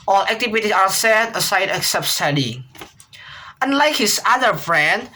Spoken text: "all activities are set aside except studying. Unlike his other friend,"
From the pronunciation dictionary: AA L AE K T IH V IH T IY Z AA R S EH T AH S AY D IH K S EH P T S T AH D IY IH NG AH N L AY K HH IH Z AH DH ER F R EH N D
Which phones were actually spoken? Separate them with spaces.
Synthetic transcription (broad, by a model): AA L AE K T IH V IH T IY AA R S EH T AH S AY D IH K S EH P T S T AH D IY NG AH N L AY K HH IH S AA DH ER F R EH N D